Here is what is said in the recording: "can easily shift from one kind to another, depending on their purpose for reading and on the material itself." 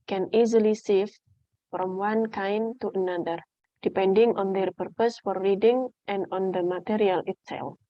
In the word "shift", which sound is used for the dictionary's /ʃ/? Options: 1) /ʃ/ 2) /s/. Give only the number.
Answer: 2